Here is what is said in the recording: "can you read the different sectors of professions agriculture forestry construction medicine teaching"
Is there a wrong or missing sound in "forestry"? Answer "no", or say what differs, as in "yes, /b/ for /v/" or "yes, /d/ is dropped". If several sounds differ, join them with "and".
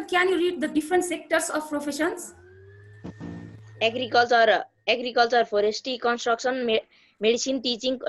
yes, /p/ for /f/ and /ɹ/ is dropped